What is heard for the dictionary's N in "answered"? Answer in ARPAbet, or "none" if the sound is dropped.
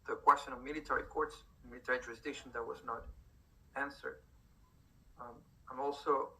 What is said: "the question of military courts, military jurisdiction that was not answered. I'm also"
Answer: N